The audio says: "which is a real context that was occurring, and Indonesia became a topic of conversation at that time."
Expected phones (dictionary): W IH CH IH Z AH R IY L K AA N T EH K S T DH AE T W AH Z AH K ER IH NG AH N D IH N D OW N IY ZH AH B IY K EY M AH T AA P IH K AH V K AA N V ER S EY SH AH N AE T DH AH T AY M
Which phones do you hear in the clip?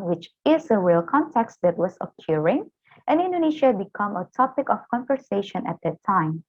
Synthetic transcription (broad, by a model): W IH CH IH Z AH R IY L K AA N T EH K S T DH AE T W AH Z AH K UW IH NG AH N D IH N D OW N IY SH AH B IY K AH M AH T AA P IH K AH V K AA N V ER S EY SH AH N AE T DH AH T AY M